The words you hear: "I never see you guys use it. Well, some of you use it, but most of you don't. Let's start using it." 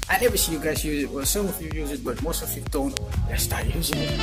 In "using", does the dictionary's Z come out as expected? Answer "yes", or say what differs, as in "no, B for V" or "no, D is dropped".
yes